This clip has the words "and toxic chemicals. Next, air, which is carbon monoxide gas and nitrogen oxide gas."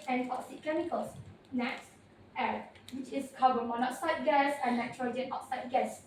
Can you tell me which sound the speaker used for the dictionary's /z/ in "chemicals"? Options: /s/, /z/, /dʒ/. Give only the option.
/s/